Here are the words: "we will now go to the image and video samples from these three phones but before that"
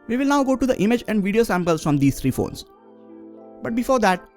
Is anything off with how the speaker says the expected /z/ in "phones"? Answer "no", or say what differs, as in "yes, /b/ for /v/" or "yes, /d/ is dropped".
yes, /s/ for /z/